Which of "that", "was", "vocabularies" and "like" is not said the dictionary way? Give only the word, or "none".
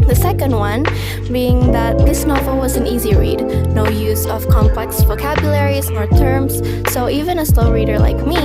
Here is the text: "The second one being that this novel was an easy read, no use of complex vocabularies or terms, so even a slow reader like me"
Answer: none